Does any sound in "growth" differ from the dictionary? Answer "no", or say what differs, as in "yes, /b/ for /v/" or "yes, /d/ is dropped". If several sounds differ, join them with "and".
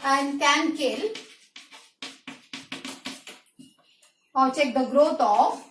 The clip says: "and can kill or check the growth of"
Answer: yes, /t/ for /θ/